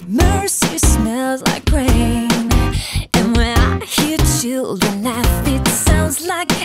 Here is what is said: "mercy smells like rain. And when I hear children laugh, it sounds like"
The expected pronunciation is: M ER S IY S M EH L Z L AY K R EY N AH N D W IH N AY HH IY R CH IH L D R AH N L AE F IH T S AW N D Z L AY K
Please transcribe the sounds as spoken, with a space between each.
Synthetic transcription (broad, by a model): M ER S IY S M EH L Z L AY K R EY N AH N W IH N AY HH IY R CH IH L D R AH N L AE F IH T S AW N D Z L AY K